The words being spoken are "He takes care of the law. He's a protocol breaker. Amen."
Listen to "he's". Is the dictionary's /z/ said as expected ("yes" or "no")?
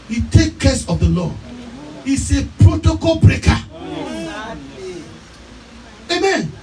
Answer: no